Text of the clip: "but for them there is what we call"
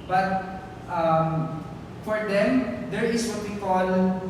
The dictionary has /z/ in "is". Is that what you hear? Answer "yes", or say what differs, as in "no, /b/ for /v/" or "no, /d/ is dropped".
no, /s/ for /z/